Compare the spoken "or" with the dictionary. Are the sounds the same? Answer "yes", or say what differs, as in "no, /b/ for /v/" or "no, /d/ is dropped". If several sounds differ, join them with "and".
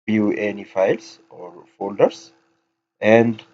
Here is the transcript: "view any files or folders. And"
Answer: yes